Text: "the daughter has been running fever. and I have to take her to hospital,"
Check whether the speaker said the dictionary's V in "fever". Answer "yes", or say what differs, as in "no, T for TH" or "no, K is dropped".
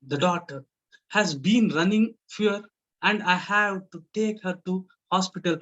no, V is dropped